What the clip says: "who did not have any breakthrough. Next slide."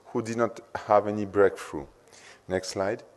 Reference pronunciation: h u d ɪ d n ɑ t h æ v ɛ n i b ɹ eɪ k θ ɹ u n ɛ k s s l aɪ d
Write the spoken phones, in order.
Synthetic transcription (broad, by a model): h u d ɪ d n ɑ t h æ v ɛ n i b ɹ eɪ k f ɹ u n ɛ k s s l aɪ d